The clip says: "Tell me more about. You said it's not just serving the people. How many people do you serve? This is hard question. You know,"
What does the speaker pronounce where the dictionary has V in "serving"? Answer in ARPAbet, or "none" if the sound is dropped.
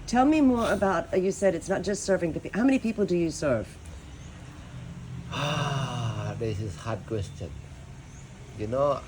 V